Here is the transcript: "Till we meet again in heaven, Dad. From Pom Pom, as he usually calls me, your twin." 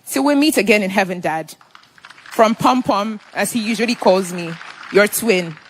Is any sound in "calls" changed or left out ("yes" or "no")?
no